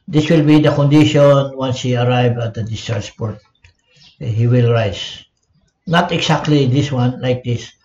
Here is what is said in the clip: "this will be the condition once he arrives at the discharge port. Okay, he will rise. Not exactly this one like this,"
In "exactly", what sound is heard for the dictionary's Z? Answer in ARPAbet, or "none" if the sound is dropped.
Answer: S